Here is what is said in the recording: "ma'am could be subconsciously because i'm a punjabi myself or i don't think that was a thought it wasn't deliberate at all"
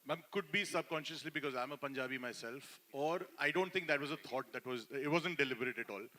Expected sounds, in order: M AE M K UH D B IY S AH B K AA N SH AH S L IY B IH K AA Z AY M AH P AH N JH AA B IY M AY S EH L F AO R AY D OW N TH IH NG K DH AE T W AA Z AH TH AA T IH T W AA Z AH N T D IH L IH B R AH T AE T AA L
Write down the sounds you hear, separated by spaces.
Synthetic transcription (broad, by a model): M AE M K UH D B IY S AH B K AA N SH AH S L IY B IH K AA Z AY M AH P AH N JH AA B IY M AY S EH L F AO R AY D OW N T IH NG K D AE T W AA Z AH T AA T IH T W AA Z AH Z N D IH L IH B R AH T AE T AA L